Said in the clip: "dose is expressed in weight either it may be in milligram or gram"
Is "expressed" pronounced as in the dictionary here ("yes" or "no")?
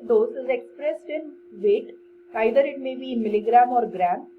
yes